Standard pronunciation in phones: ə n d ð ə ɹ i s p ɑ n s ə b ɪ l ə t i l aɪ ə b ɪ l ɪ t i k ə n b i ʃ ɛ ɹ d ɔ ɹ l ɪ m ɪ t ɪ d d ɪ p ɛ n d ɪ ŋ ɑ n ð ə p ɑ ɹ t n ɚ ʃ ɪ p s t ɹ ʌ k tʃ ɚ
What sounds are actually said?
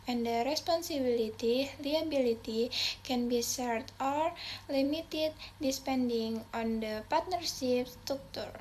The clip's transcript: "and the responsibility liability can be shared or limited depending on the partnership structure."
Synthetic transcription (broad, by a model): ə n d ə ɹ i s p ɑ n s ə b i l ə t i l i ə b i l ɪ t i k ə n b i s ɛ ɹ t ɔ ɹ l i m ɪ t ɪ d d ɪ p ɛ n d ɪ ŋ ɑ n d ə p ɑ ɹ t n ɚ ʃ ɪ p s t ɹ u k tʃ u